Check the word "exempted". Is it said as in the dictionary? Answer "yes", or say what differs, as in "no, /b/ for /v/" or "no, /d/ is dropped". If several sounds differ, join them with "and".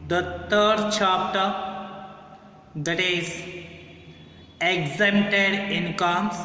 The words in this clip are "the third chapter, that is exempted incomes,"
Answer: no, /p/ is dropped